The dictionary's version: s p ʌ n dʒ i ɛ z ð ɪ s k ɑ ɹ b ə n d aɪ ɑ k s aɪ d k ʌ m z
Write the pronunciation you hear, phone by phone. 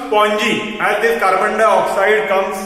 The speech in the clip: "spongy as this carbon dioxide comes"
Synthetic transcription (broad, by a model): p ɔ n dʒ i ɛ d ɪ k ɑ ɹ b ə n d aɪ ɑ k s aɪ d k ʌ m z